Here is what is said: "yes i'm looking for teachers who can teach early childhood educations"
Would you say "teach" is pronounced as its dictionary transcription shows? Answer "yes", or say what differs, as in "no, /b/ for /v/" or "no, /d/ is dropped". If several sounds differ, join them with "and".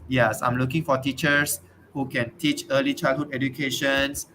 yes